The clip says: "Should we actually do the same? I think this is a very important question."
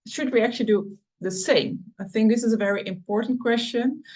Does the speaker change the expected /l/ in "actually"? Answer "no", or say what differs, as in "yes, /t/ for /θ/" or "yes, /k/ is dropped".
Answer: no